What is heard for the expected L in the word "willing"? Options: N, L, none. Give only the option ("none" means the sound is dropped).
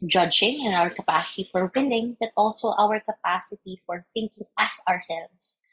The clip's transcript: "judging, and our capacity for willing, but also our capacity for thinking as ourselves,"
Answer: N